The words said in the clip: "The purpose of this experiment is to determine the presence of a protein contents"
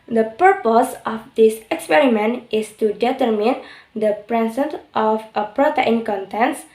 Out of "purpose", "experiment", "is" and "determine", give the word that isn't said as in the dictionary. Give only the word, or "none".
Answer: is